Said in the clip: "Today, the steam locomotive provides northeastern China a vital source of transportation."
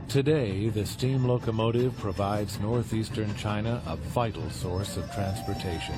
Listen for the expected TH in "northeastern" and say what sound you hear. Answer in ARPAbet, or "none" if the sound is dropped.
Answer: TH